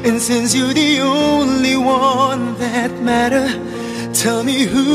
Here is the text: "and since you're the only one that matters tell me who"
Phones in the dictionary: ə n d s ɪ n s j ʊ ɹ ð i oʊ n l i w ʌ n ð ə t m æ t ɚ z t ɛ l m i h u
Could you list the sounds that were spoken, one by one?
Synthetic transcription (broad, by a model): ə n s ɪ n s j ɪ ð i oʊ n l i w ʌ n ð ə t m æ t ɚ t ɛ l m i h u